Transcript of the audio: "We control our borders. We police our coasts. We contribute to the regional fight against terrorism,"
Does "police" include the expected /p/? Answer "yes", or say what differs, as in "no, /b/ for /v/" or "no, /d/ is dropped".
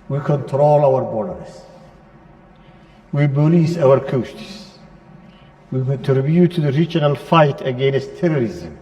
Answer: no, /b/ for /p/